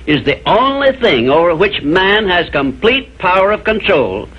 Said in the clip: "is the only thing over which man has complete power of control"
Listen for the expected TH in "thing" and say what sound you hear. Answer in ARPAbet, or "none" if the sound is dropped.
TH